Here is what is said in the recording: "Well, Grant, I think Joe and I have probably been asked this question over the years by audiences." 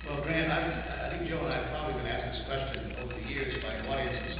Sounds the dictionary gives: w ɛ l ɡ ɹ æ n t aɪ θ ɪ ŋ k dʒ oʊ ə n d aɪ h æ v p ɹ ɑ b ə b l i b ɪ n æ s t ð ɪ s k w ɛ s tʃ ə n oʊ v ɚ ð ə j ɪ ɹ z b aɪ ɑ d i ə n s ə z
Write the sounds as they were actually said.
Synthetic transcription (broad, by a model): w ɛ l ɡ ɹ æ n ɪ aɪ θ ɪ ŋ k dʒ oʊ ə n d aɪ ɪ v p ɹ ɑ b ə b l i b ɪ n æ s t ð ɪ s k w ɛ s tʃ ə n oʊ v ɚ ð ə j ɪ ɹ z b aɪ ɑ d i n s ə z